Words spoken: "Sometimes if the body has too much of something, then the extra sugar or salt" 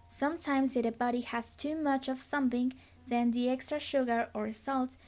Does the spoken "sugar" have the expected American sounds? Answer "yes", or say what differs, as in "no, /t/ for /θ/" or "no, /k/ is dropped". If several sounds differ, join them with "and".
yes